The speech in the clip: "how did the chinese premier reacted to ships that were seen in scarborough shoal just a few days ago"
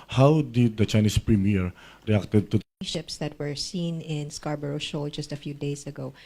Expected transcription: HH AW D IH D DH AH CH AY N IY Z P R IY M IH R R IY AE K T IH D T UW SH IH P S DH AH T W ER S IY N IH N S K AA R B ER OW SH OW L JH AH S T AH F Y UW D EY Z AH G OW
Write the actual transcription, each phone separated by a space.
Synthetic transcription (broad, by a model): HH AW D IH D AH CH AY N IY S P R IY M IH R R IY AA K T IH D T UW SH IH P S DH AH T W ER S IY N IH N S K AA R B ER OW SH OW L JH AH S T AH F Y UW D EY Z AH G OW